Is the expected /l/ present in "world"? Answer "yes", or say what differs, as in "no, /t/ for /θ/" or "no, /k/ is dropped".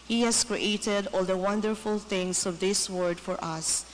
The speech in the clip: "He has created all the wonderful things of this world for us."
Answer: no, /l/ is dropped